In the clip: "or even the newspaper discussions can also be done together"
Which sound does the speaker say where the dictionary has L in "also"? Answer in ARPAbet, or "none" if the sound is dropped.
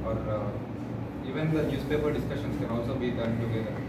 L